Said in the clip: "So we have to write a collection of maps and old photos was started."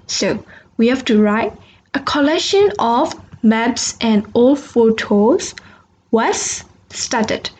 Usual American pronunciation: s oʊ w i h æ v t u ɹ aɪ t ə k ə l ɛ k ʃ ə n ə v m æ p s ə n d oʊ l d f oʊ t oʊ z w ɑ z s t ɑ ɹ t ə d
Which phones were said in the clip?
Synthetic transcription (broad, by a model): s oʊ w i h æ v t u ɹ aɪ t ə k ə l ɛ k ʃ ə n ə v m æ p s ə n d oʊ l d f oʊ t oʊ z w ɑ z s t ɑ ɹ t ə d